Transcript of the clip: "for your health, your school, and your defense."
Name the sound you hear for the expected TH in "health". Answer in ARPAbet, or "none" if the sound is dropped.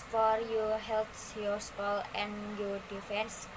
S